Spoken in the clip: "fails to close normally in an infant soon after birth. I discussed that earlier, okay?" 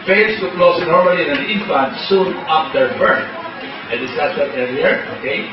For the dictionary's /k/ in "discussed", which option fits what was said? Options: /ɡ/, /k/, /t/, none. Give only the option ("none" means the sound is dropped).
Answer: none